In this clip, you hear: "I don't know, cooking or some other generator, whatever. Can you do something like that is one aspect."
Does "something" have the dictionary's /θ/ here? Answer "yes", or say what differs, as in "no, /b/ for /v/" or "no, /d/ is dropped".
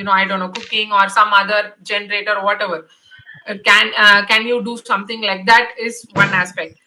no, /t/ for /θ/